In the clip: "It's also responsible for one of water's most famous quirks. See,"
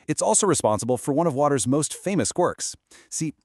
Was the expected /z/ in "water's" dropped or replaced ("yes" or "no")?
no